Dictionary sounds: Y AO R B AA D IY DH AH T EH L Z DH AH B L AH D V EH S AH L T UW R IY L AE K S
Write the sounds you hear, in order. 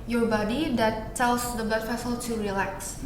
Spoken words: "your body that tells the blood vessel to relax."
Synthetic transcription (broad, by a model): Y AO R B AA D IY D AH T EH L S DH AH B AH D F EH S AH L T UW R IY L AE K S